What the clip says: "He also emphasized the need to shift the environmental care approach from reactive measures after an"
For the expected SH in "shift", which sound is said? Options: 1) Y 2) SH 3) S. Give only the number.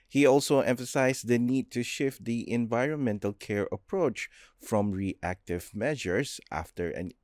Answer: 2